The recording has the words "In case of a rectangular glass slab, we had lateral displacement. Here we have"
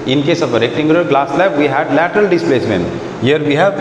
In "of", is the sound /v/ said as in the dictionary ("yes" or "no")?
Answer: no